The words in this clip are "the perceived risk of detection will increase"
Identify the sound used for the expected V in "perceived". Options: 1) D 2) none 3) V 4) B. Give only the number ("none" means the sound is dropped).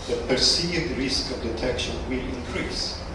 2